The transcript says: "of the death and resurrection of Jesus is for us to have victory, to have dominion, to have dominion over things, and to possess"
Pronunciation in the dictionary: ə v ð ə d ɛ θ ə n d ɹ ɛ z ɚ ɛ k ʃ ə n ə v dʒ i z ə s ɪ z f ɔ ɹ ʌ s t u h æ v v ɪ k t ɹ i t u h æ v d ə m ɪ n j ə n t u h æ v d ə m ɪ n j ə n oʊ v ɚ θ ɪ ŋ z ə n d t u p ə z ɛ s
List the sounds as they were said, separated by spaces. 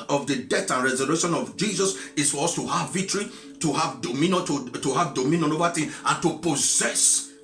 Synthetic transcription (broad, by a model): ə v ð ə d ɛ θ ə n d ɹ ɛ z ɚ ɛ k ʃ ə n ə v dʒ i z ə s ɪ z f ɔ ɹ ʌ s t u h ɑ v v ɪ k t ɹ i t u h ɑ v d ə m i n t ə t u h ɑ v d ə m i n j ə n oʊ v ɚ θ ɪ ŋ ə n t u p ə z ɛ s